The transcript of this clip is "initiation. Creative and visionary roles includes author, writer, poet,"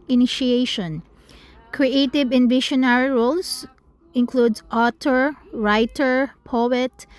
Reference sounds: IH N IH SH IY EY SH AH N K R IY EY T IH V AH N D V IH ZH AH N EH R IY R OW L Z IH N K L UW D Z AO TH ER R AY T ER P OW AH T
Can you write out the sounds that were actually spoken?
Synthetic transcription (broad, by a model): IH N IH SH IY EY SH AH N K R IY EY T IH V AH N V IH SH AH N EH R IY R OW L S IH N K L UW D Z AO T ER R AY T ER P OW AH T